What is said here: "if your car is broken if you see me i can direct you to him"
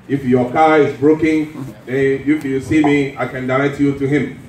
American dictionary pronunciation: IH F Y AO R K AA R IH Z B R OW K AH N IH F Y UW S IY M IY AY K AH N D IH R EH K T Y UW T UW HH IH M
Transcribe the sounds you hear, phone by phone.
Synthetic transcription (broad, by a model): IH F Y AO K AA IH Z B R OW K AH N IH F Y UW S IY M IY AY K AH N D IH L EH T Y UW T UW HH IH M